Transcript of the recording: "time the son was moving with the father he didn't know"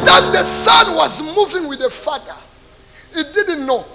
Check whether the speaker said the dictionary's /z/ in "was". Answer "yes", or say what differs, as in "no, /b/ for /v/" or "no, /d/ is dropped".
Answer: yes